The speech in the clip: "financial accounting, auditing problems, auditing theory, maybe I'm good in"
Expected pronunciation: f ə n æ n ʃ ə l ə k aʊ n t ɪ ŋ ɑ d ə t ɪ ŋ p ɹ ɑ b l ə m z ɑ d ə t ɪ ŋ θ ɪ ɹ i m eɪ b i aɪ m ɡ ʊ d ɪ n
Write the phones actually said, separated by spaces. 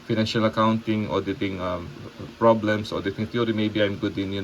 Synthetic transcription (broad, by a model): f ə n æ n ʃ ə l ə k aʊ n t ɪ ŋ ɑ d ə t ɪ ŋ p ɹ ɑ b l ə m s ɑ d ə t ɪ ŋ t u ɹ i m eɪ b i aɪ m ɡ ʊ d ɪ n